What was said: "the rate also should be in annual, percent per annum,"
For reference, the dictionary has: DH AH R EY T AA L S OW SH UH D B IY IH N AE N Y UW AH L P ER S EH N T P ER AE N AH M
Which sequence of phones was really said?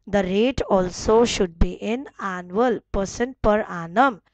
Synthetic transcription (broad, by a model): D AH R EY T AA L S OW SH UH D B IY IH N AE N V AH L P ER S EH N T P ER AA N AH M